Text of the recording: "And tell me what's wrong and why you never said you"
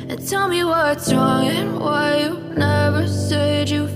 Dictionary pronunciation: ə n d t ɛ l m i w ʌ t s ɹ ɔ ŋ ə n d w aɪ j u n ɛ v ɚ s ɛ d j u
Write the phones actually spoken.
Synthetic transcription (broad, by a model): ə n t ɛ l m i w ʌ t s ɹ ɔ ŋ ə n w aɪ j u n ɛ v ɚ s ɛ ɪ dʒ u